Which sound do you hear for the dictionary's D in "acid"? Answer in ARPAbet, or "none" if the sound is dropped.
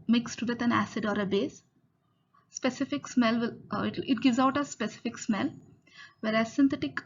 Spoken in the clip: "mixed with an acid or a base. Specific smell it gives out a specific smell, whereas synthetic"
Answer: D